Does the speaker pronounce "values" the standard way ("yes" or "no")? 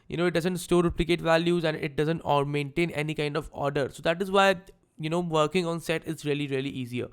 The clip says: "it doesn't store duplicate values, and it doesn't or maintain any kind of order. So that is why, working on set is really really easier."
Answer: yes